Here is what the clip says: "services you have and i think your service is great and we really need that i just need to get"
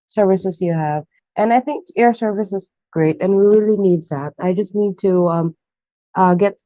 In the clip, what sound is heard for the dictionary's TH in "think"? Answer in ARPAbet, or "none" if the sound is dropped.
TH